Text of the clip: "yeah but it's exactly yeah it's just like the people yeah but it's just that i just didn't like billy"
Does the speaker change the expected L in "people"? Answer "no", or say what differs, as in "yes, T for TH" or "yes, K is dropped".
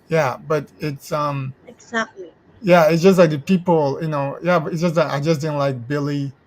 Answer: yes, N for L